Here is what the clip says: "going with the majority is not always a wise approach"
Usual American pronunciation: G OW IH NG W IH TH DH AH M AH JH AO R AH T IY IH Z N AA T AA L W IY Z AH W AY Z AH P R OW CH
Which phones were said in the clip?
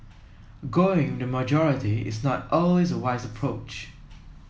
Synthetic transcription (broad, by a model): G OW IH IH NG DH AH M AH JH AO R AH T IY IH Z N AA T AA L W IY Z AH W AY Z AH P R OW CH